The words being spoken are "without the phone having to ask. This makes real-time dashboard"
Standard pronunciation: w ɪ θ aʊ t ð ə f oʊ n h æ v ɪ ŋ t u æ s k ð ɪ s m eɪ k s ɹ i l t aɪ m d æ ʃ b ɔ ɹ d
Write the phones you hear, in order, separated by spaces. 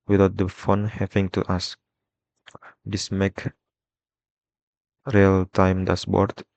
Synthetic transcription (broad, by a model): w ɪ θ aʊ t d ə f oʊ n h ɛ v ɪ ŋ t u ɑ s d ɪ s m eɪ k ɹ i l t aɪ m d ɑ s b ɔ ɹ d